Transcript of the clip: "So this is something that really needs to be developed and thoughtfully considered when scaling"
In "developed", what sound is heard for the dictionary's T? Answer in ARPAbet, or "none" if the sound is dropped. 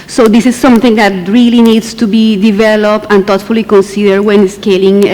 T